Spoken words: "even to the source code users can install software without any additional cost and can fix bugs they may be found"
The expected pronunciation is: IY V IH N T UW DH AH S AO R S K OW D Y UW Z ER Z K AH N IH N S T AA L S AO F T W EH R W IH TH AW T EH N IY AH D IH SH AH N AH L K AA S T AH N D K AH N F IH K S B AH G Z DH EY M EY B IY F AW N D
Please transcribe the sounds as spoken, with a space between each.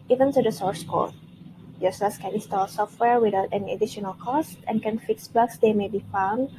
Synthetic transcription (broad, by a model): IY V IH N T UW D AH S AO R S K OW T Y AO S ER S K AH N IH N S T AA L S AO F T W EH R W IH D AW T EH N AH D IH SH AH N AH L K AA S T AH N K AH N F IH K S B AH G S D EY M EY B IY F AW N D